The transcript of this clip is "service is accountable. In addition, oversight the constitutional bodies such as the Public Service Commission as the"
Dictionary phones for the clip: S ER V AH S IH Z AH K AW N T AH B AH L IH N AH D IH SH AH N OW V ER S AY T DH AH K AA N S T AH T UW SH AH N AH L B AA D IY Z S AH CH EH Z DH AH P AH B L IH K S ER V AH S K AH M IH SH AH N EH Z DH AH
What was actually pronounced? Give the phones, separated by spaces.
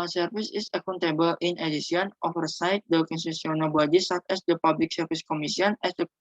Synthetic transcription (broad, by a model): S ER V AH S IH S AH K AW N T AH B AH L IH N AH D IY S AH N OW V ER S AY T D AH K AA N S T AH S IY AH N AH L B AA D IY S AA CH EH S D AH P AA B L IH K S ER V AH S K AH M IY S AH N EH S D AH